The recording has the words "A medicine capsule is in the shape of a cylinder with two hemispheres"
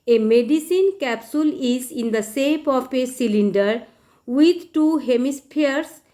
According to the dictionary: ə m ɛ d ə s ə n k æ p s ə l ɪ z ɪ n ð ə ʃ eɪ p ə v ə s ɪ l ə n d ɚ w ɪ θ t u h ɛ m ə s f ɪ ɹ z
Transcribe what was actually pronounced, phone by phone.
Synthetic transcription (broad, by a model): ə m ɛ d ə s ə n k æ p s ə l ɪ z ɪ n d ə s eɪ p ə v ə s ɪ l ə n d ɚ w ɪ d t u h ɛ m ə s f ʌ ɹ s